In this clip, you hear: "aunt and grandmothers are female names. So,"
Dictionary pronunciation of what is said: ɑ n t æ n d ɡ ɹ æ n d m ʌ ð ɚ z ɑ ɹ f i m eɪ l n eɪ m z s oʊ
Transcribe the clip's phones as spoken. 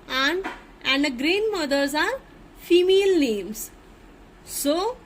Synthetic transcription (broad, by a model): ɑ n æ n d ɡ ɹ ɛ n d m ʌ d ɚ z ɑ ɹ f i m eɪ l n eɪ m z s oʊ